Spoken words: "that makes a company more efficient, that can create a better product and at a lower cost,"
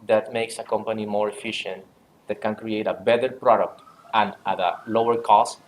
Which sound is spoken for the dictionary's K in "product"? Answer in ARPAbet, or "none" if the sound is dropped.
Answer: K